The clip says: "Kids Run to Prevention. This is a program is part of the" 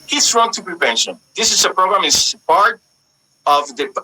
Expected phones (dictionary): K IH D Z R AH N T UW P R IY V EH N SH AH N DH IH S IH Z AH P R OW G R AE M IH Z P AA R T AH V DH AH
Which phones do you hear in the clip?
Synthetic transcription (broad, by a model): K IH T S R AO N T UW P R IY P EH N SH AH N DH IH S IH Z AH P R OW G R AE M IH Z P AA R T AH V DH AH